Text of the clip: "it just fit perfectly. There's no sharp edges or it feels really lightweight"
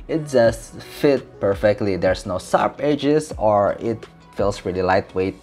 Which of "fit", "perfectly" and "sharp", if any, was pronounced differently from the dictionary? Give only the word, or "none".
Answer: sharp